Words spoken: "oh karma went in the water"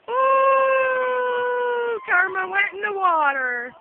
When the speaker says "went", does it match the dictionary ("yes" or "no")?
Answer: no